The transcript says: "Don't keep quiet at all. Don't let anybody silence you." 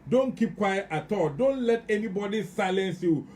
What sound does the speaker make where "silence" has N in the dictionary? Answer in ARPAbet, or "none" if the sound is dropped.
N